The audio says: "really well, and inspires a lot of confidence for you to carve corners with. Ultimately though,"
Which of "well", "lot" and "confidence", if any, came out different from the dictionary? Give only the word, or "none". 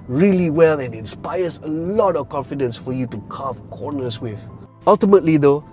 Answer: none